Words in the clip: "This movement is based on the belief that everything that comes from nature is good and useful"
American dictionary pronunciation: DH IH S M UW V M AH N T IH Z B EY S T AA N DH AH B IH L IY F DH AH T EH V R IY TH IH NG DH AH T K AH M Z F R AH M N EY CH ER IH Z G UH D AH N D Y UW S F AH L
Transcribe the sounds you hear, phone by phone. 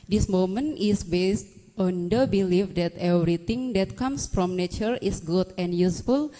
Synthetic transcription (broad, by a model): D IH S M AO M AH N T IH S B EY S T AA N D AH B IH L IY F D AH T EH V R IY T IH NG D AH T K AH M S F R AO M N EY CH ER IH S G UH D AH N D Y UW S F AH L